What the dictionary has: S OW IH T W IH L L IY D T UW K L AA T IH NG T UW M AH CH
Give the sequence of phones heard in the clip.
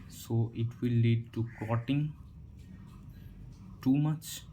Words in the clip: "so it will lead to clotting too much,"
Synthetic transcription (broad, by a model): S OW IH T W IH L L IY D T UW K AA T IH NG T UW M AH CH